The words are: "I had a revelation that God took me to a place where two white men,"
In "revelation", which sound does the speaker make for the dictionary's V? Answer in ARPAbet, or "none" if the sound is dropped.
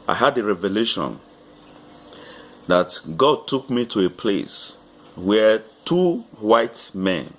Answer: V